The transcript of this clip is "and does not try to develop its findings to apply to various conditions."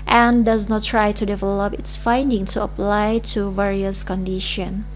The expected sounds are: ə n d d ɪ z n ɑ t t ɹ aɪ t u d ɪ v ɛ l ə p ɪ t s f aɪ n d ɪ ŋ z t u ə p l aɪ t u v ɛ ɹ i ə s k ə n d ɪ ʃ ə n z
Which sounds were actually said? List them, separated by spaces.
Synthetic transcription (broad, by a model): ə n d d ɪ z n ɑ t t ɹ aɪ t u d ɪ v ɛ l ə p ɪ t s f aɪ n d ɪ ŋ t u ə p l aɪ t u v ɛ ɹ i ə s k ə n d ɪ ʃ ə n